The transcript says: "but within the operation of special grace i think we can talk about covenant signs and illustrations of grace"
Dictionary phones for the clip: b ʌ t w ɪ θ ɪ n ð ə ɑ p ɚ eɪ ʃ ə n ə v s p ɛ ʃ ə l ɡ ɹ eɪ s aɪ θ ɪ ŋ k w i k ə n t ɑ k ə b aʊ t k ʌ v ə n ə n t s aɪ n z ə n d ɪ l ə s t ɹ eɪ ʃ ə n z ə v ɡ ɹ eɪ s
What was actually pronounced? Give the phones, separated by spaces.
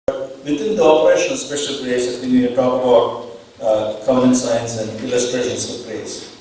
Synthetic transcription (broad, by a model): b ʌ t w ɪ t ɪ n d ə ɑ p ɚ eɪ ʃ ə n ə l s p ɛ ʃ ə l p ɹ eɪ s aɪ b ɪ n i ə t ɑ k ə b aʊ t k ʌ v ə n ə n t s aɪ n s ə n d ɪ l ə s t ɹ eɪ ʃ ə n s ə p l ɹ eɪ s